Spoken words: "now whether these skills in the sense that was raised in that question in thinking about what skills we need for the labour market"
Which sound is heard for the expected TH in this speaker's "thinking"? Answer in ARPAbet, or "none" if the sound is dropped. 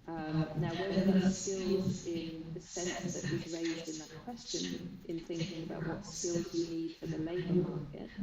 TH